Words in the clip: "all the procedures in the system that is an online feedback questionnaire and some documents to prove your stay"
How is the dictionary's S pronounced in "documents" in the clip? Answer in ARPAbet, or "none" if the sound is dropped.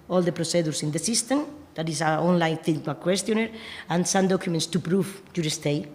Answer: S